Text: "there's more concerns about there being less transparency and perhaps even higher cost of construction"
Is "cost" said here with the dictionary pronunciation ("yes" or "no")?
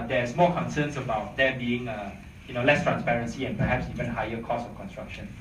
no